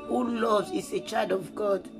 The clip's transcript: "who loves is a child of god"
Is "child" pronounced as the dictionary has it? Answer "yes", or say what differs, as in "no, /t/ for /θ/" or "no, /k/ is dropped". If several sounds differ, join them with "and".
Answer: no, /l/ is dropped